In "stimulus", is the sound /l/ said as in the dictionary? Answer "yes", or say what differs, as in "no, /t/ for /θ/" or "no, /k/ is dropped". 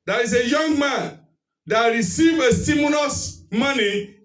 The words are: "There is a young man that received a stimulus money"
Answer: no, /n/ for /l/